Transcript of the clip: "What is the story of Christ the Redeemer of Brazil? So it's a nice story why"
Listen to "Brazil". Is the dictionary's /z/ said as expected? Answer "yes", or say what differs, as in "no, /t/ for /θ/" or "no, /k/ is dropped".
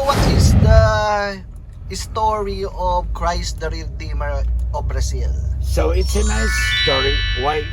no, /s/ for /z/